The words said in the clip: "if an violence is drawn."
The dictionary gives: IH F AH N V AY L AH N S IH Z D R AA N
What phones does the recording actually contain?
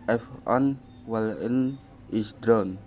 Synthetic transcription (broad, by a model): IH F AH N W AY L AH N IH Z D R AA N